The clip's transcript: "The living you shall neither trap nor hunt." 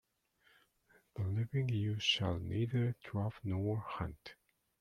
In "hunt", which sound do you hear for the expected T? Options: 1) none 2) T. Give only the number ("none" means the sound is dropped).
2